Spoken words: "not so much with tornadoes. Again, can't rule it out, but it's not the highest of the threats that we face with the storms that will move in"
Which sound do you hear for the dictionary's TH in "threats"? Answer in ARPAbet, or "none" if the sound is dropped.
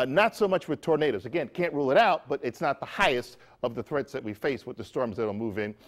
TH